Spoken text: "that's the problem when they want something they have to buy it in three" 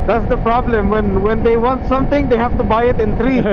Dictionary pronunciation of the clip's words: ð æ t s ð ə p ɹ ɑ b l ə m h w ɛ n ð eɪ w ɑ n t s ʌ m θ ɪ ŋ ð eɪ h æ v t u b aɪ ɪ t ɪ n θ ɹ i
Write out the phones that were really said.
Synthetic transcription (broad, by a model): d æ t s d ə p ɹ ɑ b l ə m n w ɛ n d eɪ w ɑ n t s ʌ m t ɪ ŋ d eɪ h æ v t u b aɪ ɪ t ɪ n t ɹ i